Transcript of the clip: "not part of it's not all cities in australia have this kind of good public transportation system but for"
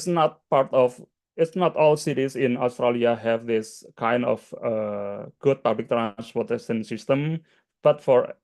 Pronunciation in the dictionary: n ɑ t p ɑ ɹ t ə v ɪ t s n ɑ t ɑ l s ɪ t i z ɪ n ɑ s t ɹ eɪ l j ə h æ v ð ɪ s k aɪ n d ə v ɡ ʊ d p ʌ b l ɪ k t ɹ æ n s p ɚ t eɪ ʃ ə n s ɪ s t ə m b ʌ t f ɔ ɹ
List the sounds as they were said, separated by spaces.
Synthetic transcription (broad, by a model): n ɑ t p ɑ ɹ t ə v ɪ t s n ɑ t ɑ l s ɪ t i s ɪ n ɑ s t ɹ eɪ l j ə h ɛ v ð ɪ s k aɪ n d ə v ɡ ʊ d p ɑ b l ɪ k t ɹ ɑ n s p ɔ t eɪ s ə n s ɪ s t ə m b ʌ t f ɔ ɹ